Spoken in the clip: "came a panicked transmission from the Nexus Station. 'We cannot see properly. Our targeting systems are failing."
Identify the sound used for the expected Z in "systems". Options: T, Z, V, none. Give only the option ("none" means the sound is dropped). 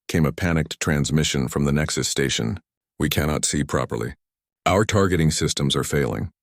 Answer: Z